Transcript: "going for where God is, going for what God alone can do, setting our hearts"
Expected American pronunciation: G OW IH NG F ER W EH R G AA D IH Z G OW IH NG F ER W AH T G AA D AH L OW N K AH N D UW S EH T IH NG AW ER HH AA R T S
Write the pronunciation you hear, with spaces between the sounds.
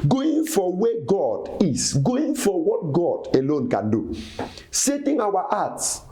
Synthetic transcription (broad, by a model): G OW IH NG F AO W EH G AA D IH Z G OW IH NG F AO W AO T G AA D AH L OW N K AH N D UW S EH T IH NG AW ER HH AA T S